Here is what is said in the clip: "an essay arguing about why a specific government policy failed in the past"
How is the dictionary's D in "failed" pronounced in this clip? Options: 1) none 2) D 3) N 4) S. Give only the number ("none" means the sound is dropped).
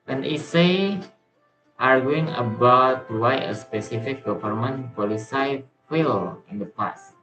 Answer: 1